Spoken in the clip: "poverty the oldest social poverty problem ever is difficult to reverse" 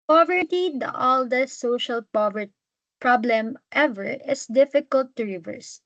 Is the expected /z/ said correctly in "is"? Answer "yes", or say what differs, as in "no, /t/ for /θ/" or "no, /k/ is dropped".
no, /s/ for /z/